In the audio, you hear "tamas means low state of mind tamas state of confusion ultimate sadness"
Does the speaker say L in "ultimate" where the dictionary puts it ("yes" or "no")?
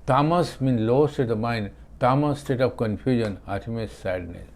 no